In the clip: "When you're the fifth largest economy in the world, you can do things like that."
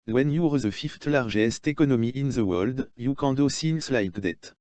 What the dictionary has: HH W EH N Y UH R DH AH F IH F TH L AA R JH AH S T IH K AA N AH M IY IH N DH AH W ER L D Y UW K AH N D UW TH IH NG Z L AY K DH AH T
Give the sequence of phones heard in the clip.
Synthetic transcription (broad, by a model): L W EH N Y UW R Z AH F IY F T L AA R ZH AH S T IH K AA N AH M IY IH N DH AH W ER L D Y UW K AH D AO S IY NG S L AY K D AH T